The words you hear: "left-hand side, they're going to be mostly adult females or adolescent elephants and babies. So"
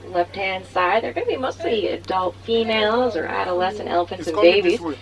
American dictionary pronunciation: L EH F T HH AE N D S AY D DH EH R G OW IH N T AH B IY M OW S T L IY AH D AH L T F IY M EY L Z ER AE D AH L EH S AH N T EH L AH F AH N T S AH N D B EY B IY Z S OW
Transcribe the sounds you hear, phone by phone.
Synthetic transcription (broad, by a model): L EH F T HH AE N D S AY D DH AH R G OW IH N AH B IY M OW S T L IY AH D AH L T F IY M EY L Z ER AE D AH L EH S AH N T EH L AH F AH N T S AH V B EY B IY Z